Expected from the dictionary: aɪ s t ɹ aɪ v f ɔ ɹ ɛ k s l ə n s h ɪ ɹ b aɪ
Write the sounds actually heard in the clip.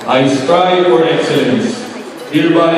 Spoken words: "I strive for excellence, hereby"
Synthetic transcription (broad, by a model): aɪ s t aɪ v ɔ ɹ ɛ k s ə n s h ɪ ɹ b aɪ